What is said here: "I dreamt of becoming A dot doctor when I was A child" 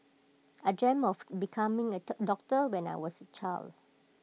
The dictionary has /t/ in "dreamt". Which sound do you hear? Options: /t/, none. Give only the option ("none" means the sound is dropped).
none